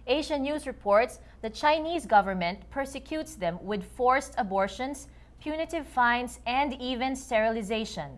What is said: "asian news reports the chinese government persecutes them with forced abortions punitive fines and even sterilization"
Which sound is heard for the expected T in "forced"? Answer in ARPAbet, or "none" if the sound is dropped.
T